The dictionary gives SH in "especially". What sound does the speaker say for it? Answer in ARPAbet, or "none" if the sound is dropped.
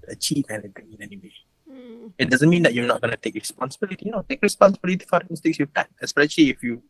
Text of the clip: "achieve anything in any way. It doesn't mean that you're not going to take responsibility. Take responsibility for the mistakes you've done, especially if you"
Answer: SH